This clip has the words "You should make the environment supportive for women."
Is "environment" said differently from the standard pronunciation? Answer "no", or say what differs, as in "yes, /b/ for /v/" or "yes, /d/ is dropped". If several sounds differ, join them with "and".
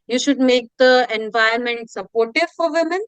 yes, /ɹ/ is dropped